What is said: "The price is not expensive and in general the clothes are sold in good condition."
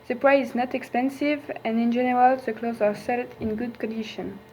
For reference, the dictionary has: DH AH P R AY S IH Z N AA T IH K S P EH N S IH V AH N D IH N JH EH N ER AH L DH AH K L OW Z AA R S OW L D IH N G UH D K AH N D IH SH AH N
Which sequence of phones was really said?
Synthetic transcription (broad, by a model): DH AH P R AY IH Z N AA T IH K S P EH N S IH V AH N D IH N JH EH N ER AH L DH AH K L OW Z AA R S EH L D IH N G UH D K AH N D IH SH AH N